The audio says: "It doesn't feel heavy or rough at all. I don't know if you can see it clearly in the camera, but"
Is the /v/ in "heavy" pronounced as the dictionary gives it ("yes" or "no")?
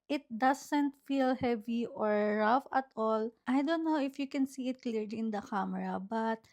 yes